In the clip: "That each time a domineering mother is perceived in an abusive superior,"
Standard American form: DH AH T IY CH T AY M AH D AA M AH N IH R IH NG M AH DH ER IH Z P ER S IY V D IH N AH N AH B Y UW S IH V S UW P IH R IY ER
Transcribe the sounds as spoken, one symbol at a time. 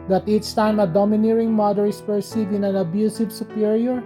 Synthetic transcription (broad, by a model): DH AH T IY S T AY M AH D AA M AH N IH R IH NG M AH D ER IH S P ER S IY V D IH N AH N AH B Y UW S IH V S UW P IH R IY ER